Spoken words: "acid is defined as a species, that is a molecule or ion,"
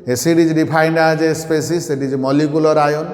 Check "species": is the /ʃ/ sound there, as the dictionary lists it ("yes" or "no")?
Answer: no